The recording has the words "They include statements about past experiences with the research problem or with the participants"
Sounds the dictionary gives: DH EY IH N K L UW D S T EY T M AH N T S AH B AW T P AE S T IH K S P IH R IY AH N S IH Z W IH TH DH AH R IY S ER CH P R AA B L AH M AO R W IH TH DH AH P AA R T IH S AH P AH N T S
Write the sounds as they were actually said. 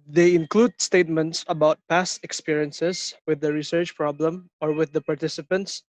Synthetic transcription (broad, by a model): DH EY IH N K L UW D S T EY T M AH N T S AH B AW T P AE S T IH K S P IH R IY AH N S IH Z W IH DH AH R IY S ER CH P R AA B L AH M AO R W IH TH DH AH P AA R T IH S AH P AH N T S